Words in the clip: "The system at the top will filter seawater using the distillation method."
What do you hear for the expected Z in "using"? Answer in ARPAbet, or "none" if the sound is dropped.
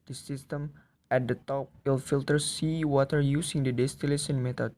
S